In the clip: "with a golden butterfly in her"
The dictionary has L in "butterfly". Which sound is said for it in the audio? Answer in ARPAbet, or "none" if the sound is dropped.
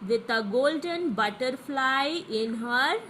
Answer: L